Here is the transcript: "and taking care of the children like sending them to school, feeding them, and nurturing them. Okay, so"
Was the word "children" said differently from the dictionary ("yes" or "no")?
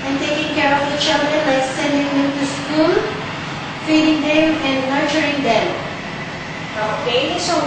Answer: yes